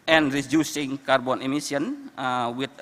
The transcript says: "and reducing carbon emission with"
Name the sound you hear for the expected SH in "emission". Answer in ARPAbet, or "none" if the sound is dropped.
S